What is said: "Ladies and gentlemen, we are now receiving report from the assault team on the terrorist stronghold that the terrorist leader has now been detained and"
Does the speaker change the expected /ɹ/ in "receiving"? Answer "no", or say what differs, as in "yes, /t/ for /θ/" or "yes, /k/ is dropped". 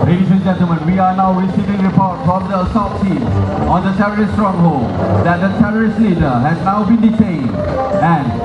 yes, /w/ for /ɹ/